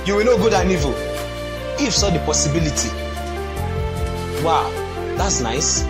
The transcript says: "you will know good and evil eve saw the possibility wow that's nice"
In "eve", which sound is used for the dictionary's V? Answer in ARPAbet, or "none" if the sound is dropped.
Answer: F